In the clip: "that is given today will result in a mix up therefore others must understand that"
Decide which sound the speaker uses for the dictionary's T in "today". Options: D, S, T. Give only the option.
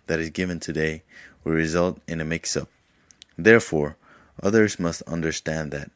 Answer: T